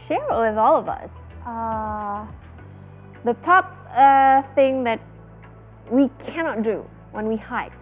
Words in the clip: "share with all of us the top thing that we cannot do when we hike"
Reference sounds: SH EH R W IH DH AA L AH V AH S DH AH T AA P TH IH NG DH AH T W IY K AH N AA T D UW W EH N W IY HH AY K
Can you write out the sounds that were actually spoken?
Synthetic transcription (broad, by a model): SH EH R W IH DH AA L AH V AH S DH AH T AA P TH IH NG DH AH T W IY K AH N AA T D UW W EH N W IY HH AY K